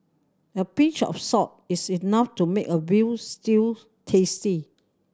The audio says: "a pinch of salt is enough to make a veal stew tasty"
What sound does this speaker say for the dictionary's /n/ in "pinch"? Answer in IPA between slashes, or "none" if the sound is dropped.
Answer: none